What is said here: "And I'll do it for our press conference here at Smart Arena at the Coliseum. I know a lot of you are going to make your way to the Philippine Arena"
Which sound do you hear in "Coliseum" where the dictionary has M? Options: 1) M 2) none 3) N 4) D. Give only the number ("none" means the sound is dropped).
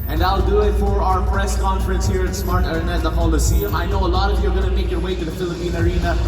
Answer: 2